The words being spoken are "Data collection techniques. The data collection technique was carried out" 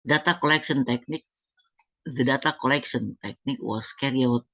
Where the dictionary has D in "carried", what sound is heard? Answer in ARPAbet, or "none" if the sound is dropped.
none